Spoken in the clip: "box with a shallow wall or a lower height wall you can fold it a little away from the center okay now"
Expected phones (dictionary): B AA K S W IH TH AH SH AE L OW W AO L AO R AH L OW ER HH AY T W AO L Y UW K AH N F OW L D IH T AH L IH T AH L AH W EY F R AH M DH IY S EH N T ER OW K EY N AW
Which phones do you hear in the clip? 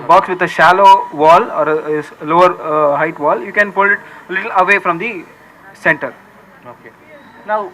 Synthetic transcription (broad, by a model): B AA K S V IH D AH SH AE L OW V AO L AO R AH L OW ER HH AY T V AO L Y UW K AH N P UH L IH T AH L IH T AH L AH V EY F R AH M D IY S EH N T ER OW K EY N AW